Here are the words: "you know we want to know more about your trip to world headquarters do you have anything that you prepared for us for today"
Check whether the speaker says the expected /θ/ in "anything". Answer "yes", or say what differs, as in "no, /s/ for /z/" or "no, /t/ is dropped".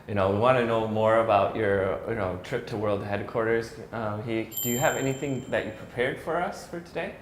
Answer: yes